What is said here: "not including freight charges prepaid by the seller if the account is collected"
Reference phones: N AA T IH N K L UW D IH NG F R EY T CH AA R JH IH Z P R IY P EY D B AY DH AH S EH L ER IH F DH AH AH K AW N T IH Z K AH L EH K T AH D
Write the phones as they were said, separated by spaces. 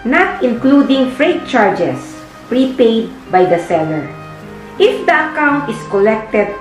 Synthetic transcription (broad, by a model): N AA T IH N K L UW D IH NG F R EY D CH AA R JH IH S P R IY P EY D B AY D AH S EH L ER IH F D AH AH K AW N T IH S K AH L EH K T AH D